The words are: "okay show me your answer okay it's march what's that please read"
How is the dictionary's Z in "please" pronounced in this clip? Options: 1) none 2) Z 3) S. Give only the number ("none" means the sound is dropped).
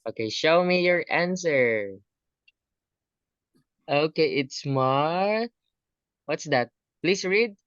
3